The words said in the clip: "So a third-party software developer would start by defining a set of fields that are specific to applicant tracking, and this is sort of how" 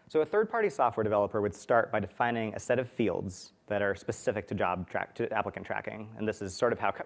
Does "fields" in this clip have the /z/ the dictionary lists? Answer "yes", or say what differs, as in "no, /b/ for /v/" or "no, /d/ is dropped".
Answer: yes